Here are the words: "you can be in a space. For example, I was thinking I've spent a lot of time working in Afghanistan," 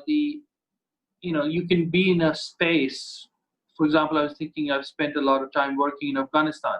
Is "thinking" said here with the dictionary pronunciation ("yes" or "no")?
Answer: no